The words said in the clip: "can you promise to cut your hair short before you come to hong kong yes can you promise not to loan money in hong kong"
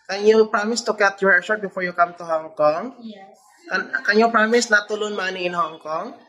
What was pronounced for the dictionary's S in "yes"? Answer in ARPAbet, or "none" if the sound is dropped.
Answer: none